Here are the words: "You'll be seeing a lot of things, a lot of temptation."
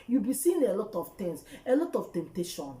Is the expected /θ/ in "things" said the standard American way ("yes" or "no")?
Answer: no